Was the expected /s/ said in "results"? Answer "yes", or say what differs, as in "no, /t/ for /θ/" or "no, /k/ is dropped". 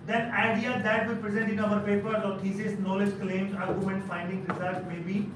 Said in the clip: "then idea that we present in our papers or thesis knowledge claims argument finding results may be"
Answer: no, /s/ is dropped